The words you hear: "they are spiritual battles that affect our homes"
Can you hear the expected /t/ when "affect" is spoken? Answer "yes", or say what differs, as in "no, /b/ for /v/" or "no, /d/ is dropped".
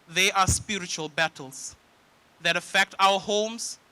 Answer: yes